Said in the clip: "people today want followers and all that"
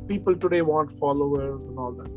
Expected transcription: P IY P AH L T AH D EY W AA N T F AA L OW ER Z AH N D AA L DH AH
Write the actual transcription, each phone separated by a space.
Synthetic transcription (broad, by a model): P IY P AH L T AH D EY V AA N T F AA L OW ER AH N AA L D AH